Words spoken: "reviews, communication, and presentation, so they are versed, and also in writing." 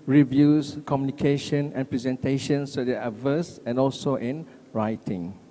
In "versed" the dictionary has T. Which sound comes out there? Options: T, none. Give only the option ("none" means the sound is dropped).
none